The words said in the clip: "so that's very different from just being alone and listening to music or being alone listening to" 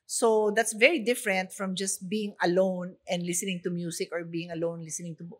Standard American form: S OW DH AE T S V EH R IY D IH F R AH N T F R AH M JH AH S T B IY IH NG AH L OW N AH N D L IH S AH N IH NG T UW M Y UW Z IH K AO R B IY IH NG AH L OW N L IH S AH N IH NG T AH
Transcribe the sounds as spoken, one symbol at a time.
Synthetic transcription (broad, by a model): S OW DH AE T S V EH R IY D IH F R AH N T F R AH M JH AH S T B IY IH NG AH L OW N AH N D L IH S AH N IH NG T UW M Y UW S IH K AO R B IY IH NG AH L OW N L IH S AH N IH NG T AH